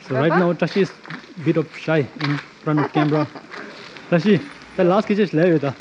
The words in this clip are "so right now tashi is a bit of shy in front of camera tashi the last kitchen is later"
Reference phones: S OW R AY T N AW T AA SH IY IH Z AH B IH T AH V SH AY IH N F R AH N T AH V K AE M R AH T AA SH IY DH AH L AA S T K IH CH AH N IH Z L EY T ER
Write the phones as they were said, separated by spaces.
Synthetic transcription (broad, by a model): S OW R AY T N AW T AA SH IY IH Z B IH T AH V SH AY IH N F R AH N T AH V K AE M R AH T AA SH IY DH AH L AA S T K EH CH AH L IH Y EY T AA